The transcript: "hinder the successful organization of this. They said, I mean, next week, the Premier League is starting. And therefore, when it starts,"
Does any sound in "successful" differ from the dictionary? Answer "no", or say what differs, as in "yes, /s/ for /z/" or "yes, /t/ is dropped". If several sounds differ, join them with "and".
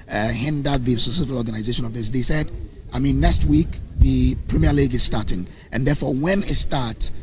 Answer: yes, /k/ is dropped